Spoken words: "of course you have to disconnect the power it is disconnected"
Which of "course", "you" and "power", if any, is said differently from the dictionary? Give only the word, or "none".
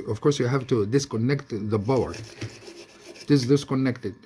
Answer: power